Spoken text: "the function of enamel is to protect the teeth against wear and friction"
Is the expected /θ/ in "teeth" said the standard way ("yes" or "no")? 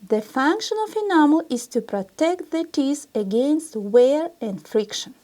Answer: no